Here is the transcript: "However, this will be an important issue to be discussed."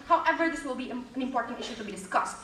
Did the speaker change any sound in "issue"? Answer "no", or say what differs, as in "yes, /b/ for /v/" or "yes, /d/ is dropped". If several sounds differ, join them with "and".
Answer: no